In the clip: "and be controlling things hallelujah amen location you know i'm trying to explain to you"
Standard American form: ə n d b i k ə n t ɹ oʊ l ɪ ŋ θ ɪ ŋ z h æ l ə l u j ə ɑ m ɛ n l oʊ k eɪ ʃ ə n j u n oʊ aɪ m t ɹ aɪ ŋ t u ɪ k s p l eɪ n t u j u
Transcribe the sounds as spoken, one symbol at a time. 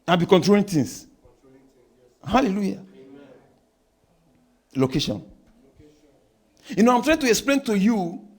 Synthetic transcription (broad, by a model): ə b i k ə n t ɹ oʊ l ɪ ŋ t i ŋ s h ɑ l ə l u j ɑ l oʊ k eɪ ʃ ə n j u n oʊ aɪ m t ɹ aɪ ŋ t u ɪ k s p l eɪ n t u j u